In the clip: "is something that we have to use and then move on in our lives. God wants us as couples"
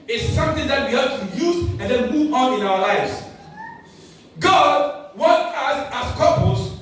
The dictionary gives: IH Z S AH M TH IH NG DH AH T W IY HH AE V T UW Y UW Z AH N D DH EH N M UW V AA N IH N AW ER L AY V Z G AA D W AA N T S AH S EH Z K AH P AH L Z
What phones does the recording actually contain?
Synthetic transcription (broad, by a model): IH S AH M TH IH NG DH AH T W IY HH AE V T UW Y UW Z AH N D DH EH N M UW V AA N IH N AW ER L AY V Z G AA D W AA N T AH S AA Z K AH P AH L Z